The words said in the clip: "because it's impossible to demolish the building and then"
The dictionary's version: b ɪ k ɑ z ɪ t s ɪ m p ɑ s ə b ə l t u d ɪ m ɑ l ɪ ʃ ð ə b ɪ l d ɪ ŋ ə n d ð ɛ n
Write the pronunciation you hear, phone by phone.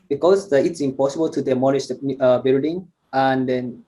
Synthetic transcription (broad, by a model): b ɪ k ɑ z ɪ t s ɪ m p ɑ s ə b ə l t u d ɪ m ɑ n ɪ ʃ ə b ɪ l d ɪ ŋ ə n d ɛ n